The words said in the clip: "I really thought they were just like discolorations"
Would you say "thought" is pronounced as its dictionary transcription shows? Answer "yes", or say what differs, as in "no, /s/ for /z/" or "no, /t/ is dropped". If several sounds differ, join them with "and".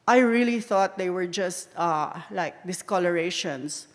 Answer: yes